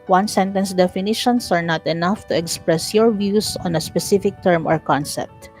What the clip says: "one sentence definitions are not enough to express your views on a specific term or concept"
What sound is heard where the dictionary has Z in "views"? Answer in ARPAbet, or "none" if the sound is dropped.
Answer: S